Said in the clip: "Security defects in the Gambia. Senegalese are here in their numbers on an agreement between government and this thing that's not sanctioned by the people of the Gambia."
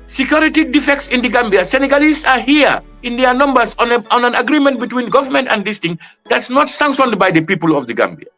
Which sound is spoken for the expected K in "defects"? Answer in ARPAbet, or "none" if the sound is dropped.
K